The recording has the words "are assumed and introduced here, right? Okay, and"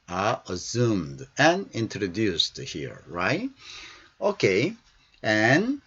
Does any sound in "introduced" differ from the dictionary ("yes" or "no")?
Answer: no